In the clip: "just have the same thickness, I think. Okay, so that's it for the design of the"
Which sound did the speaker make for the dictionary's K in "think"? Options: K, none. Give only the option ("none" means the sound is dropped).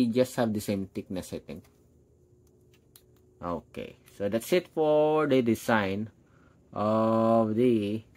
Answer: none